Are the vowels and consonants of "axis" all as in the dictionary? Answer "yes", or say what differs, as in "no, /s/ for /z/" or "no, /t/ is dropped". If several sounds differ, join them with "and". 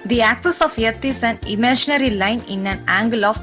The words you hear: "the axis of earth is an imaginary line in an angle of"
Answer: yes